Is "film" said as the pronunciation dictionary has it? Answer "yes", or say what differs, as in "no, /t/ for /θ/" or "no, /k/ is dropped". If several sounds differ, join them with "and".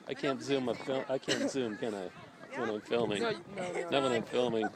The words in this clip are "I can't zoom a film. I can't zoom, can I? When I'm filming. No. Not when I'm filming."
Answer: no, /m/ is dropped